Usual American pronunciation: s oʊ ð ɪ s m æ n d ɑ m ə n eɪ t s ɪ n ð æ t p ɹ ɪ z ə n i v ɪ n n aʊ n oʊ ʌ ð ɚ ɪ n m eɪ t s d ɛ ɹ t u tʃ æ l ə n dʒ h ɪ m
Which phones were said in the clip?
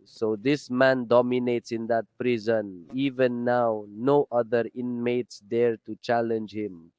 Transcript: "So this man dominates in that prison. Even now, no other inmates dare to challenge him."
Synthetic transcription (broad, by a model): s oʊ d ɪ s m æ n d ɑ m ə n eɪ t s ɪ n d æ t p ɹ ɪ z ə n i v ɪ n n aʊ n oʊ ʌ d ɚ ɪ n m eɪ t s d ɛ ɹ t u tʃ æ l ə n dʒ h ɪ m